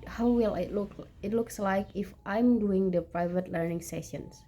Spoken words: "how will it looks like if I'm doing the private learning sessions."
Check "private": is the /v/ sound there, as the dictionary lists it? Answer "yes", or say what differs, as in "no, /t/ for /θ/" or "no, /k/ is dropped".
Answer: yes